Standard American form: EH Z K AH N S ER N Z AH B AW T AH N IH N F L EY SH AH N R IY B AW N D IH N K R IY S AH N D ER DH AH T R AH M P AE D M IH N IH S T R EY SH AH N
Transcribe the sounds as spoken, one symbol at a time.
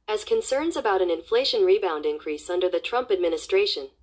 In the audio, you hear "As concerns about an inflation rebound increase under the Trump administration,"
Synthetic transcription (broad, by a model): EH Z K AH N S ER N Z AH B AW T AH N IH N F L EY SH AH N R IY B AW N D IH N K R IY S AH N D ER DH AH T R AH M P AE D M IH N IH S T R EY SH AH N